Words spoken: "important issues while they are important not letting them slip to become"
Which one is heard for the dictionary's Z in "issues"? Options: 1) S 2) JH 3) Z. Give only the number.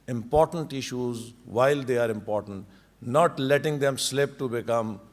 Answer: 3